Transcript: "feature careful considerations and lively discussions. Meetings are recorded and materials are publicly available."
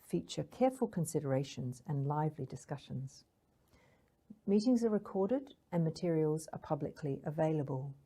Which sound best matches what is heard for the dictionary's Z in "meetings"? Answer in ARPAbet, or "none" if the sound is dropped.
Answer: Z